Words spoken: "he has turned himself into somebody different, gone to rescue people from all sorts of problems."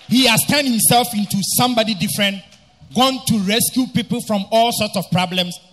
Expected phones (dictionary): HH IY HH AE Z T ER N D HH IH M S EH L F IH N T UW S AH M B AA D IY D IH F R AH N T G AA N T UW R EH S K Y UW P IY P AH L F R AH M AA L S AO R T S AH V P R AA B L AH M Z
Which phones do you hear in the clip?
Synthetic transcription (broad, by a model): HH IY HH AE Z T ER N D HH IH M S EH L F IH N T UW S AH M B AA D IY D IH F R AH N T G AA N T UW R EH S K Y UW P IY P AH L F R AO M AA L S AO T S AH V P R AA B L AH M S